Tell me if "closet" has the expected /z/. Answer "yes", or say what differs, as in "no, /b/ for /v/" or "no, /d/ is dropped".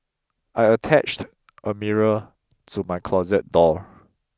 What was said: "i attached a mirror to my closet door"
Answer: yes